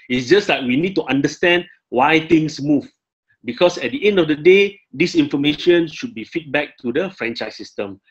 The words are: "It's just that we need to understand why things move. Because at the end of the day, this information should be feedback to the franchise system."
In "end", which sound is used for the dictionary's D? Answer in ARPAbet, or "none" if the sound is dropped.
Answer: D